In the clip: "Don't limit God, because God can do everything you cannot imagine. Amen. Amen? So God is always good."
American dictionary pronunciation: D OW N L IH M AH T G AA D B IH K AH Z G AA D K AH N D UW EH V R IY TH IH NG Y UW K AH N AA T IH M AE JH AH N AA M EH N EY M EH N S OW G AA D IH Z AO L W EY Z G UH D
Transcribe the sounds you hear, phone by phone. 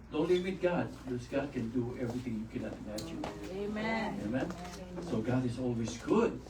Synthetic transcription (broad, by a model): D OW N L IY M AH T G AA D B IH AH S G AA D K AH N D UW EH V R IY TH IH NG Y UW K AH N AA T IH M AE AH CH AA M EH EY M EH N S OW G AA D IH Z AO L W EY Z G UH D